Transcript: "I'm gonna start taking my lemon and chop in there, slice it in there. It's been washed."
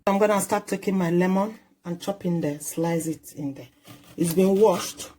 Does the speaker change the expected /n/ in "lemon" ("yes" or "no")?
no